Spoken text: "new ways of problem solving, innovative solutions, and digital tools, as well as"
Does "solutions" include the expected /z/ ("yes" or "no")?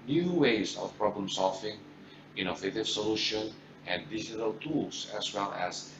no